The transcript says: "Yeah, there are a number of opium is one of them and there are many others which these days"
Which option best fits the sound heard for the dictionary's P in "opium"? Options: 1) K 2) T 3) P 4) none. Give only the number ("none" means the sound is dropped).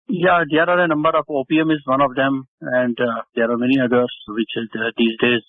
3